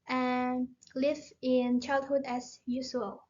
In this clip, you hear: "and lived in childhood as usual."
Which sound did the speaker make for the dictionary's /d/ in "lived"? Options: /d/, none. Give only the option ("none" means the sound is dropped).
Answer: none